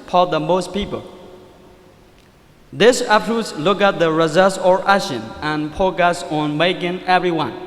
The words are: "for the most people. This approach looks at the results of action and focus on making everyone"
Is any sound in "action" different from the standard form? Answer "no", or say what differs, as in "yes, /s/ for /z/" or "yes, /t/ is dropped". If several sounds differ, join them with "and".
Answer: yes, /k/ is dropped